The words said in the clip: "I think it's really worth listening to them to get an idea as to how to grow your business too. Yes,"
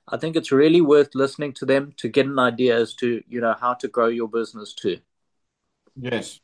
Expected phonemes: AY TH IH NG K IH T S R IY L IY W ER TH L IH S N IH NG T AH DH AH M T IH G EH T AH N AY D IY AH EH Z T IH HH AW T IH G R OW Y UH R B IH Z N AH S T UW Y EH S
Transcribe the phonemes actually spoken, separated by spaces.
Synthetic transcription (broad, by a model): AY TH IH NG K IH T S R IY L IY W ER TH L IH S N IH NG T AH DH AH M T IH G EH T AH N AY D IY AH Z T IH HH AW T IH G R OW Y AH B IH Z N AH S T UW Y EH S